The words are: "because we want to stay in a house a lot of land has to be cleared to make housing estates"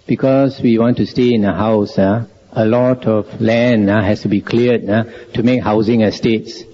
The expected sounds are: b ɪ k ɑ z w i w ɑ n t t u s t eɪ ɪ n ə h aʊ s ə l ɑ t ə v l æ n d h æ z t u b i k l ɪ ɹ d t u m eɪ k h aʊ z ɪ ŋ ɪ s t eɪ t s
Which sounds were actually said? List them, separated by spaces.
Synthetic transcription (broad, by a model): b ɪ k ɑ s w i w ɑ n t t u s t eɪ ɪ n ə h aʊ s ə l ɑ t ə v l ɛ n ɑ h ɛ s t u b i k l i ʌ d t u m eɪ k h aʊ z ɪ ŋ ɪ s t eɪ t s